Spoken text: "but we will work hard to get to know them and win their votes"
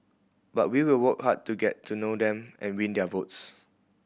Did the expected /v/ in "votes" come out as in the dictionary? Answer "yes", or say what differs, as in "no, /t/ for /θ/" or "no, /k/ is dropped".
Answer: yes